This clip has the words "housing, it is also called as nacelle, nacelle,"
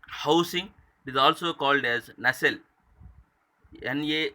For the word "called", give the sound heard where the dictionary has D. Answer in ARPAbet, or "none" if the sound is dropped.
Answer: D